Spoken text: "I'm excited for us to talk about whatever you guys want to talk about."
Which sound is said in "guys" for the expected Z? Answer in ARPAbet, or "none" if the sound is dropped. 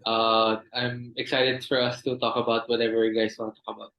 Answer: S